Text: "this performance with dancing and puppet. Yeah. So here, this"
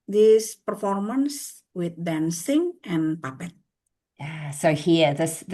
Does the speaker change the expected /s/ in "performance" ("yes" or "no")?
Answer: no